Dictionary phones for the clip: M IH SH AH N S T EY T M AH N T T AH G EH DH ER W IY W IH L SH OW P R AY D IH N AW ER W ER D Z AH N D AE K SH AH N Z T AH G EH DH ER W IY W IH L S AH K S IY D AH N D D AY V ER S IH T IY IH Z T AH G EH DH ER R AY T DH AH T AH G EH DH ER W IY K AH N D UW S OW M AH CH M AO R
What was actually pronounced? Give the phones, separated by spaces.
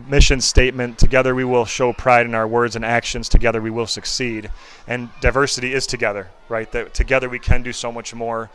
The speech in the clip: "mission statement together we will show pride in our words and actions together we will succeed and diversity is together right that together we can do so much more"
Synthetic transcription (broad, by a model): M IH SH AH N S T EY T M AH N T T AH G EH DH ER W IY W IH L SH OW P R AY D IH N AW ER W ER D Z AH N AE K SH AH N Z T AH G EH DH ER W IY W IH L S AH K S IY D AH N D D AY V ER S IH T IY IH Z T AH G EH DH ER R AY T DH AH T AH G EH DH ER W IY K AH N D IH S OW M AH CH M AO R